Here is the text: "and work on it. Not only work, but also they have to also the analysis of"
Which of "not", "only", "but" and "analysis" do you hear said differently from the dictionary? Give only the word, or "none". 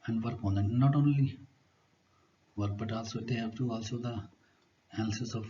analysis